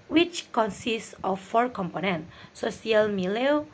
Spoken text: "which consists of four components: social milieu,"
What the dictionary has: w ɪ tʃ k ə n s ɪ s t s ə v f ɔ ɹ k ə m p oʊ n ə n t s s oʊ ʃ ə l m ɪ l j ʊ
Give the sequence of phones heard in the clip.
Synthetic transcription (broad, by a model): w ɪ tʃ k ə n s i s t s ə f ɔ ɹ k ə m p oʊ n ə n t s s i ə l m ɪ l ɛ